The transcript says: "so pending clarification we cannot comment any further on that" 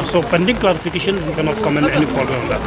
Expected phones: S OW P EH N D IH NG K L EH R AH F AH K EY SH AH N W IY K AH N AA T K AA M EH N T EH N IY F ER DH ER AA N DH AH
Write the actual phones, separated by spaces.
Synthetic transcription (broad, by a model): S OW P EH N D IH NG K L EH R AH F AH K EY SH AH N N K AH N AA T K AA M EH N EH N IY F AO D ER AA N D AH